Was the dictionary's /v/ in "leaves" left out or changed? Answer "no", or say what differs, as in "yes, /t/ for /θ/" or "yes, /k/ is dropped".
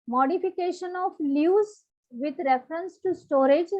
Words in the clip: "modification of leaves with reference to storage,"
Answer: yes, /v/ is dropped